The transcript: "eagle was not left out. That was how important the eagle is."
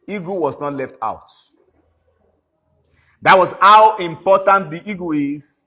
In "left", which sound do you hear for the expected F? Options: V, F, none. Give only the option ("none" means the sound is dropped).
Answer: F